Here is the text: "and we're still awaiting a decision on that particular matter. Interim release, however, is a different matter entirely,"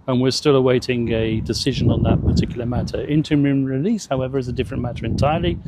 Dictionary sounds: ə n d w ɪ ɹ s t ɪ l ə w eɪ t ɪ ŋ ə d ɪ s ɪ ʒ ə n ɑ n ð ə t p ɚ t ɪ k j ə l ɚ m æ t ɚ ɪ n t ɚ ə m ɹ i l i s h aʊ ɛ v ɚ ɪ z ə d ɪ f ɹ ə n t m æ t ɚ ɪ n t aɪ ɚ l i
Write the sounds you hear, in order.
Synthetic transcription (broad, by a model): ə n w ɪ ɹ s t ɪ l ə w eɪ t ɪ ŋ ə d ɪ s ɪ ʒ ə n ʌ n ð ə t p ɚ t ɪ k j l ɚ m æ t ɚ ɪ n t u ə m ɹ i l i s h aʊ ɛ v ɚ ɪ z ə d ɪ f ɹ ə n m æ t ɚ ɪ n t aɪ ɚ l i